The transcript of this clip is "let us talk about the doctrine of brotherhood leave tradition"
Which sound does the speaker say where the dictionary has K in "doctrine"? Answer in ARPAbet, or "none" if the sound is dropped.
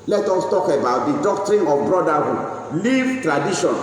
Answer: K